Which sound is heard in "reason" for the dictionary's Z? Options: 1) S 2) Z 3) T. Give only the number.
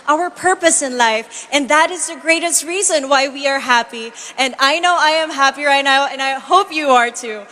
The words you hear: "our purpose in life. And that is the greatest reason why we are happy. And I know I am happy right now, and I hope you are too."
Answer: 2